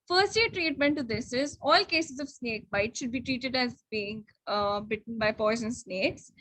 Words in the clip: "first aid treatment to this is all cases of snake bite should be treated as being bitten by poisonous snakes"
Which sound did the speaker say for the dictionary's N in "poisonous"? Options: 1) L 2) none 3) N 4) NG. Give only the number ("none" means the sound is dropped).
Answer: 2